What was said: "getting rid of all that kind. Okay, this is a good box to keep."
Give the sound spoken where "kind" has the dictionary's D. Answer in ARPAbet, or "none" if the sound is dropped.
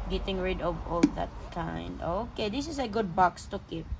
D